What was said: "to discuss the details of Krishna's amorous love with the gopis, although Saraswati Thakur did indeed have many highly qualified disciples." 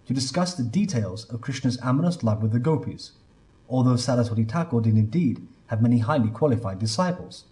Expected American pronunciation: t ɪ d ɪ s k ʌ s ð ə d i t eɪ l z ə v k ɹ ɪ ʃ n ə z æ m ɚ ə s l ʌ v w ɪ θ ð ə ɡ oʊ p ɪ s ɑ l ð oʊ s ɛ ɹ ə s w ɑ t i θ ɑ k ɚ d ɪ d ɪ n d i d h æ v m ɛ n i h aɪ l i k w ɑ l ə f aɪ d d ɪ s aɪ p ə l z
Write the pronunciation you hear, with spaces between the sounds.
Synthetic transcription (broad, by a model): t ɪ d ɪ s k ʌ s ð ə d i t eɪ l z ə v k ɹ ɪ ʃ n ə z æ m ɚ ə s l ʌ v w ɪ ð ə ɡ oʊ p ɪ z ɑ l ð oʊ s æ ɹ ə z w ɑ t i t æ k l d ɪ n ɪ n d i d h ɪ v m ɛ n i h aɪ l i k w ɑ l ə f aɪ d d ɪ s aɪ p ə l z